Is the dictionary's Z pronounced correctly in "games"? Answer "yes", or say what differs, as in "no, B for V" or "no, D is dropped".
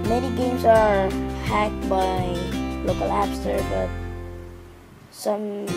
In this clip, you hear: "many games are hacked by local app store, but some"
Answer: no, S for Z